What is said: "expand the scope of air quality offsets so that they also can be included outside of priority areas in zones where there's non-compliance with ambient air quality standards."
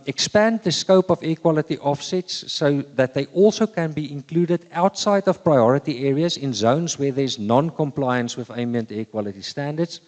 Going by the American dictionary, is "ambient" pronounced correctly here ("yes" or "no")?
no